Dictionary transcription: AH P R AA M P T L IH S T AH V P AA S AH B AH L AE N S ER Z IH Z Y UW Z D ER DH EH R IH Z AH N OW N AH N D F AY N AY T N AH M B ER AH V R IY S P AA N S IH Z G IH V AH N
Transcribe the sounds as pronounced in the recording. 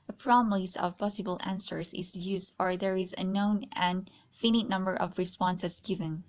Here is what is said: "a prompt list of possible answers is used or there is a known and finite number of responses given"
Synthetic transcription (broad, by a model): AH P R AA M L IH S AH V P AA S AH B AH L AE N S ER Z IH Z Y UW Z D ER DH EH R IH Z AH N OW N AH N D F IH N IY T N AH M B ER AH V R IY S P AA N S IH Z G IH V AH N